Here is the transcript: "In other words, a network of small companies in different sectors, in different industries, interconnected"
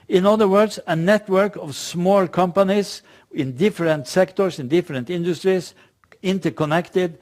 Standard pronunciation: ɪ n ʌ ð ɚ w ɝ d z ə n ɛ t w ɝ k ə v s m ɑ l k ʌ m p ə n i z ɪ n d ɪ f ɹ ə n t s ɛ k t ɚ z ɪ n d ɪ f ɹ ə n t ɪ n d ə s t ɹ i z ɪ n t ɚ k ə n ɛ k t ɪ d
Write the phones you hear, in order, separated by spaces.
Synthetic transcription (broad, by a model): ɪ n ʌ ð ɚ w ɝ d s ə n ɛ t w ɝ k ə v s m ɑ l k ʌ m p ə n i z ɪ n d ɪ f ɹ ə n t s ɛ k t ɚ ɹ ɪ n d ɪ f ɹ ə n t ɪ n d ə s t ɹ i s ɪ n t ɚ k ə n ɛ k t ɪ d